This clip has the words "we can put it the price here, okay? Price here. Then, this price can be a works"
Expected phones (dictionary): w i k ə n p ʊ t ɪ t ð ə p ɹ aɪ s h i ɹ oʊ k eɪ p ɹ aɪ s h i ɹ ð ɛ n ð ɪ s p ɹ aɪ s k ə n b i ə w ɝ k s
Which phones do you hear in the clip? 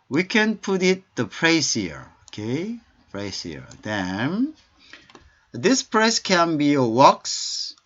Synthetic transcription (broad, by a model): w i k ə n p ʊ t ɪ t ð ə p ɹ aɪ s h i ɹ oʊ k eɪ p ɹ aɪ s h i ɹ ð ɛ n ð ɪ s p ɹ aɪ s k ə n b i ə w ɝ k s